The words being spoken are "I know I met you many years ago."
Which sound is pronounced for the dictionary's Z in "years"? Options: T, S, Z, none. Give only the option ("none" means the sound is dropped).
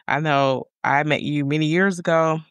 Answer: Z